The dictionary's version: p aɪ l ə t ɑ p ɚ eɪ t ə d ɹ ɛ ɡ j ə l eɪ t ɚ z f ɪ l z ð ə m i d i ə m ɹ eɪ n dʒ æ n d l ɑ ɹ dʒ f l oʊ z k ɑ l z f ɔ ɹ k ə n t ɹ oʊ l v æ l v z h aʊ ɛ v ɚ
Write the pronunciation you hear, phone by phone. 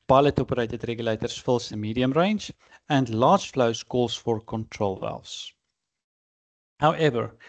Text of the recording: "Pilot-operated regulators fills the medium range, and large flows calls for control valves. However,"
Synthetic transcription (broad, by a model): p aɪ l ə t ɑ p ɚ eɪ t ə d ɹ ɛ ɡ j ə l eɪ t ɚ s f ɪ l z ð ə m i d i ə m ɹ eɪ n dʒ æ n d l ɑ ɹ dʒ f l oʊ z k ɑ l s f ɔ ɹ k ə n t ɹ oʊ l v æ l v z h aʊ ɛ v ɚ